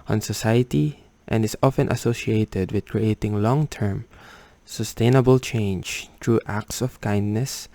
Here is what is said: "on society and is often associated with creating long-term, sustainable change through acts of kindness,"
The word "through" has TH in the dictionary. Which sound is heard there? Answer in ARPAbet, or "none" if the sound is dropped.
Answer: T